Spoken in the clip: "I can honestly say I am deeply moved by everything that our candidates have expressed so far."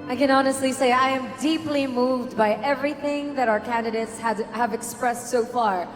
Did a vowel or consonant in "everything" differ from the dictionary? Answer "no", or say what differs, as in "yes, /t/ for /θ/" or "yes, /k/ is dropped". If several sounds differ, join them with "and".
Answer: no